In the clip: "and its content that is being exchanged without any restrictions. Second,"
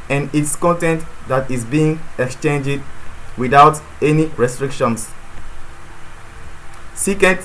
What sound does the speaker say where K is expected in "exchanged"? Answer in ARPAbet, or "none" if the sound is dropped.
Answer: K